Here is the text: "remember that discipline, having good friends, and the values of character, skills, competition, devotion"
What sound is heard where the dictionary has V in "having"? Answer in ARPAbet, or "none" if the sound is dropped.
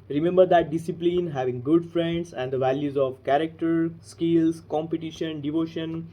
V